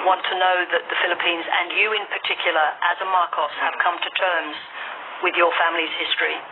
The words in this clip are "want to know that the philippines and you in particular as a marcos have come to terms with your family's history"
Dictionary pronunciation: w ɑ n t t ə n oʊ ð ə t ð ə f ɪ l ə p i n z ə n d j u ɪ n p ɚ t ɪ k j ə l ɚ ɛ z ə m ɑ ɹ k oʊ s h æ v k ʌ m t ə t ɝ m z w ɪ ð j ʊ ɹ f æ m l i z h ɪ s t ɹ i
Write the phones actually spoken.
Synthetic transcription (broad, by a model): w ɑ n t t ə n oʊ ð ə t ð ə f ɪ l ə p i n z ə n j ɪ ɪ n p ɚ t ɪ k j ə l ɚ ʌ z ə m ɑ ɹ k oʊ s h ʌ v k ʌ m t ə t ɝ m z w ɪ ð j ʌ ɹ f æ m l i z h ɪ s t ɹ i